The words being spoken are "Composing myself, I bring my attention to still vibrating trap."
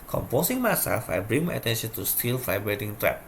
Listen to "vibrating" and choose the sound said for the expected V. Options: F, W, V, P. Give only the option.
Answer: F